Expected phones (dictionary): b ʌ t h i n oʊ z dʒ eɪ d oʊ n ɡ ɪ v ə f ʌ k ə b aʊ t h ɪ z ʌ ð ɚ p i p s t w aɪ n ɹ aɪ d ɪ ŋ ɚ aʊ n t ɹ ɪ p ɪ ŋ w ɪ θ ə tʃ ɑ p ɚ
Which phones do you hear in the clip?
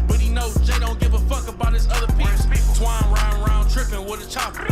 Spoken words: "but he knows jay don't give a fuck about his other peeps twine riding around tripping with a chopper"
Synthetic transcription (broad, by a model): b ʌ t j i n oʊ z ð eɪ d oʊ n ɡ ɪ v ə f ʌ k ə b aʊ t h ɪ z ʌ ð ɚ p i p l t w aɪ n ɹ aɪ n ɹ aʊ n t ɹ ɪ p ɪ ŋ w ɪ ə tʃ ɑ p